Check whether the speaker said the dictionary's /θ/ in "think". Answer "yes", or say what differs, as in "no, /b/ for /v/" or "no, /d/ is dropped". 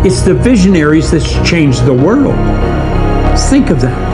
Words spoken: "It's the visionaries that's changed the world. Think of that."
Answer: yes